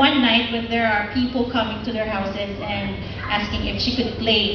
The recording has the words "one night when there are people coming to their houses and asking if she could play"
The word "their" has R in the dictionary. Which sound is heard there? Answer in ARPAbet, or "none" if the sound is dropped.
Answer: R